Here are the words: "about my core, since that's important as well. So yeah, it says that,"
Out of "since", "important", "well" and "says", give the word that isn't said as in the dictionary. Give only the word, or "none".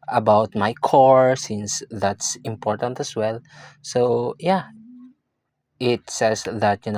says